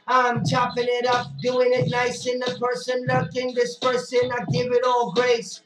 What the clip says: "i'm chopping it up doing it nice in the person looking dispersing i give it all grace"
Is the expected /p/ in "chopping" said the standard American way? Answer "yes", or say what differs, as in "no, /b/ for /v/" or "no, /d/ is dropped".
yes